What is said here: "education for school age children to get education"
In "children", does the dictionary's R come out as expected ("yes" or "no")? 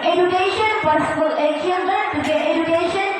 no